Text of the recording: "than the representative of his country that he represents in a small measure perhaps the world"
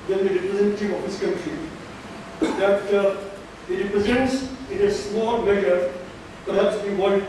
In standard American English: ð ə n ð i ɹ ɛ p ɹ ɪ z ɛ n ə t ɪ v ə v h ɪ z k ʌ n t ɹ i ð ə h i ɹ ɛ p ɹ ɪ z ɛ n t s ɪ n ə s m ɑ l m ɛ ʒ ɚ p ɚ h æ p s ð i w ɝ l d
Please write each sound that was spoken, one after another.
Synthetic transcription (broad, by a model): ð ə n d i ɹ ɛ p ɹ ɪ z ɛ n ə t ɪ v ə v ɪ s k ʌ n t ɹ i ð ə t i ɹ ɛ p ɹ ɪ z ɛ n t s ɪ n ə s m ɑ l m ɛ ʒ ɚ p ɚ h æ p s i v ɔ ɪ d